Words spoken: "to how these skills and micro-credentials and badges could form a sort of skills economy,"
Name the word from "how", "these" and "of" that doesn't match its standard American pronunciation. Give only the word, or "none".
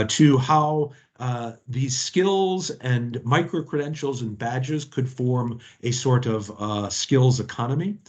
none